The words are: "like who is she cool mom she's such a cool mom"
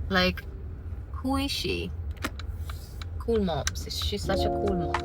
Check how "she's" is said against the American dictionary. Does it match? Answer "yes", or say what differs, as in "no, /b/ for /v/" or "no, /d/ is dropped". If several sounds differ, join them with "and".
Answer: no, /s/ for /ʃ/